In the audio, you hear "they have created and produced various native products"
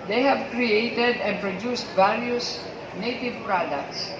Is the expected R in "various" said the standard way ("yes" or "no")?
no